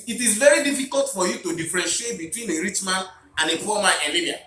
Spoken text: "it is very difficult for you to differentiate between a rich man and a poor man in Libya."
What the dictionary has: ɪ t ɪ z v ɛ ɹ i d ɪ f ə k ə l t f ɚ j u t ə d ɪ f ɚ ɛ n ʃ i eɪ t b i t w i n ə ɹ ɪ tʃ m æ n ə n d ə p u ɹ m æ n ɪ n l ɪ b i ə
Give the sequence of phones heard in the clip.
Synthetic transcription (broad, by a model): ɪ t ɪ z v ɛ ɹ i d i f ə k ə l t f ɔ j u t ə d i f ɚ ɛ n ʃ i eɪ t b i t w i n ə ɹ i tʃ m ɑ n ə n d ə f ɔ m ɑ ɪ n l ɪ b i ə